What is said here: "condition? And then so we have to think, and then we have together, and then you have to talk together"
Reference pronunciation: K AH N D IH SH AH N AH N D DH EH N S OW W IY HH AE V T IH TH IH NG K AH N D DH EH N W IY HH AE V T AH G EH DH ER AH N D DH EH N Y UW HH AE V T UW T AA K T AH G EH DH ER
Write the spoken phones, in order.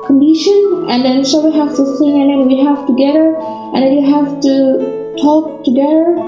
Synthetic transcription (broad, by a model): K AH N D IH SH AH N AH N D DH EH N S OW W IY HH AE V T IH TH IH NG AH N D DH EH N W IY HH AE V T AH G EH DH ER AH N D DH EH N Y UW HH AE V T UW T AA K T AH G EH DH ER